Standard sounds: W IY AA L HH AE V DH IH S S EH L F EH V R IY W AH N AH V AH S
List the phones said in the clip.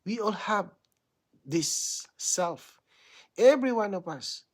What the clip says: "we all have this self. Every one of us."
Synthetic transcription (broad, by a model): W IY AA L HH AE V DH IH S S EH L F EH V R IY W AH N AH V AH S